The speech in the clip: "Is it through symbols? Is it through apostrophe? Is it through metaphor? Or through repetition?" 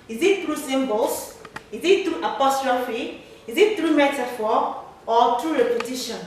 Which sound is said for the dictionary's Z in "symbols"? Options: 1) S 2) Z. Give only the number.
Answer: 1